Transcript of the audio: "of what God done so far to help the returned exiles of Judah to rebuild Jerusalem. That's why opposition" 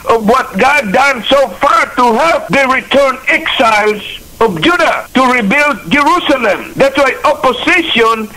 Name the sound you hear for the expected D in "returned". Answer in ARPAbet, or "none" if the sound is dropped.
none